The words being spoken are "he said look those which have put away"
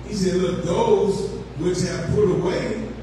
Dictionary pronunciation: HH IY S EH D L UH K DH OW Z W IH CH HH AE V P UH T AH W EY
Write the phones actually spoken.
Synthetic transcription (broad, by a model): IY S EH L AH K DH OW Z W IH CH HH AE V P UH T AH W EY